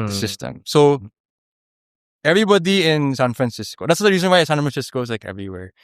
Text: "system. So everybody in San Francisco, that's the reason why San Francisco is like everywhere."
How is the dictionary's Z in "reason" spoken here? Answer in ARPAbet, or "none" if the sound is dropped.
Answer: Z